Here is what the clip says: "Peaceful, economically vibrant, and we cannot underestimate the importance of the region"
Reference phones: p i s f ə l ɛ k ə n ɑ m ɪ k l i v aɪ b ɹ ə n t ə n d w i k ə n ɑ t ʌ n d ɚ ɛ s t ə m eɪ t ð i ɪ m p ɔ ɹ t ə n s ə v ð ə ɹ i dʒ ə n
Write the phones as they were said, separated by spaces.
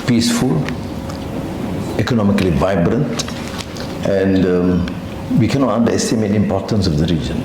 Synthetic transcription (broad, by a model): p i s f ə l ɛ k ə n ɑ m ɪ k l i v aɪ b ɹ ə n t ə n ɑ w i k ə n ɑ t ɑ n d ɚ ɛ s t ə m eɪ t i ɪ m p ɔ t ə n s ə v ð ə ɹ i dʒ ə n